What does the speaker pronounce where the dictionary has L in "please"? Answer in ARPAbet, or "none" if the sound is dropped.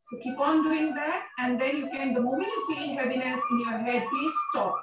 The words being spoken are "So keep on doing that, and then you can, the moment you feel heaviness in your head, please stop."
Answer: none